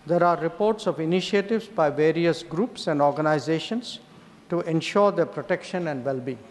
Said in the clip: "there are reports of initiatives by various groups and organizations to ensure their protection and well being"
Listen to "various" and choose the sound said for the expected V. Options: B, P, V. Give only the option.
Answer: V